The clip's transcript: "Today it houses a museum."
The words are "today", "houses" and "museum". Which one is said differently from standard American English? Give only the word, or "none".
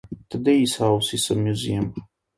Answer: houses